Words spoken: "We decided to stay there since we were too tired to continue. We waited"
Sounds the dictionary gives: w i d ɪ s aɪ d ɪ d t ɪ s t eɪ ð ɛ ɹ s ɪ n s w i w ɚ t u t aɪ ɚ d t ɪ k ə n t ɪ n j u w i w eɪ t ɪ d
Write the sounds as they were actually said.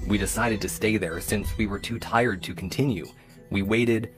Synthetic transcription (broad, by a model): w i d ɪ s aɪ d ɪ d t ɪ s t eɪ ð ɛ ɹ s ɪ n s w i w ɚ t u t aɪ ɚ d t ɪ k n t ɪ n j u w i w eɪ t ɪ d